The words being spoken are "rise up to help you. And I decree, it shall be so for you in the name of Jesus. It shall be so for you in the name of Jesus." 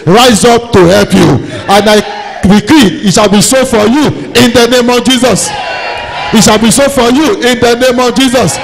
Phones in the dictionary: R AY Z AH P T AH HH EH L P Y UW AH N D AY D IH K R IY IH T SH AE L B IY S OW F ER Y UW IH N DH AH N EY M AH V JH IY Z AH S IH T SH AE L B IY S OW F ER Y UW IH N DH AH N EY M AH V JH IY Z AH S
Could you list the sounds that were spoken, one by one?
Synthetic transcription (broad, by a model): R AY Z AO P T AH HH EH L P Y UW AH N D AY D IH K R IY IH T SH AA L B IY S OW F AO Y UW IH N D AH N EY M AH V JH IY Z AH S IH T SH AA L B IY S OW F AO Y UW IH N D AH N EY M AH V JH IY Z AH S